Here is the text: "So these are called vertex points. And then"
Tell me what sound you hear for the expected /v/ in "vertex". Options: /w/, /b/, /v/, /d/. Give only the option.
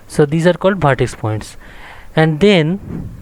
/b/